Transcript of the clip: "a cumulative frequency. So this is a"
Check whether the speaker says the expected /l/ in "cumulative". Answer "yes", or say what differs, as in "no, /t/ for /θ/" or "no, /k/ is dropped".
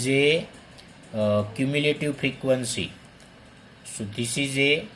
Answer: yes